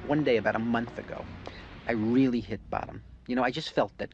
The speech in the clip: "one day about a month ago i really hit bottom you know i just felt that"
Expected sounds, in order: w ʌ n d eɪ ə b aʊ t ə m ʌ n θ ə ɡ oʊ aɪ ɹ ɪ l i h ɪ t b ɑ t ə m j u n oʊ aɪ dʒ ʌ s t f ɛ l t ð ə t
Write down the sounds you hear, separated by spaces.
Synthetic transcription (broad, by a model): w ʌ n d eɪ ə b aʊ t ə m ʌ n θ ə ɡ oʊ aɪ ɹ ɪ l i h ɪ t b ɑ t ə m j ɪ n oʊ aɪ dʒ ʌ s t f ɛ l t ð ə t